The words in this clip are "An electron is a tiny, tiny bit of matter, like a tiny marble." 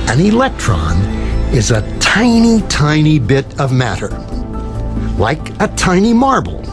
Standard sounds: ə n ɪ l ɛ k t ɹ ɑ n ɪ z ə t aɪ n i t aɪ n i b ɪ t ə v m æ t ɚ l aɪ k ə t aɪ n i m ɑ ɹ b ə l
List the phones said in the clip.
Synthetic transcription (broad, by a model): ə n ɪ l ɛ k t ɹ ɑ n ɪ z ə t aɪ n i t aɪ n i b ɪ t ə v m æ t ɚ l aɪ k ə t aɪ n i m ɑ ɹ b l